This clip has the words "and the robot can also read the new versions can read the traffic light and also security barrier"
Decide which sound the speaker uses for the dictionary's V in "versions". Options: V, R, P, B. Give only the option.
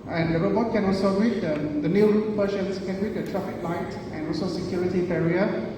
P